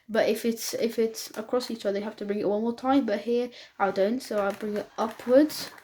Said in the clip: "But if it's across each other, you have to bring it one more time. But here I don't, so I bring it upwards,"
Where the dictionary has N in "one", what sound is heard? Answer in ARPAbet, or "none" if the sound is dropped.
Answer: L